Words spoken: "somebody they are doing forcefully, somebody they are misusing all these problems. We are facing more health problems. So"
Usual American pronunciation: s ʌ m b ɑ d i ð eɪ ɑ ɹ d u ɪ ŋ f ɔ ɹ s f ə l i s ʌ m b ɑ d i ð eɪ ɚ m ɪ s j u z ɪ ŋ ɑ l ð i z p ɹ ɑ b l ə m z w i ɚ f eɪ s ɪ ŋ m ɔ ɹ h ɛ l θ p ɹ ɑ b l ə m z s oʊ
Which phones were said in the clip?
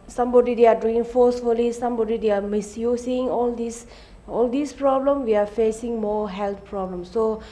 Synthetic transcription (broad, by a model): s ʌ m b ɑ d i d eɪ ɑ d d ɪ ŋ f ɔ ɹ s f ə l i s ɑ m b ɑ d i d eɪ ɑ m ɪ s j u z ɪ ŋ ɑ l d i s p ɹ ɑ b l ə m w i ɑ f eɪ s ɪ ŋ m ɔ h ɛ l t p ɹ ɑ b l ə m s oʊ